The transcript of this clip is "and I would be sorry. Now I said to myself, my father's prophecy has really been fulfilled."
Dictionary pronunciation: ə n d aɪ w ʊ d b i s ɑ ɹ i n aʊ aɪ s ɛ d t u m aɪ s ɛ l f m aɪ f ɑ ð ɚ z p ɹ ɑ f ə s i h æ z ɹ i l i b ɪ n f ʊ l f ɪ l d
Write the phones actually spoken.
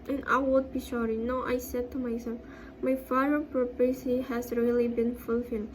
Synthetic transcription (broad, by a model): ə n aɪ w ʊ d b i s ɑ ɹ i n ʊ aɪ s ɛ d t u m aɪ s ɛ l f m aɪ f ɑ ɚ p ɹ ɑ p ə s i h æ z ɹ i l i b ɪ n f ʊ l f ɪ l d